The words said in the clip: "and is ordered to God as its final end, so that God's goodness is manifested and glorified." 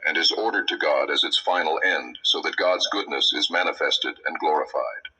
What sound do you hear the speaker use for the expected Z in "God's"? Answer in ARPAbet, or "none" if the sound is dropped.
Z